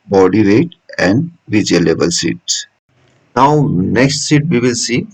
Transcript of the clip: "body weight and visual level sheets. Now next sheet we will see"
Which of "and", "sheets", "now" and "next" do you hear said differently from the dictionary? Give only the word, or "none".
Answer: sheets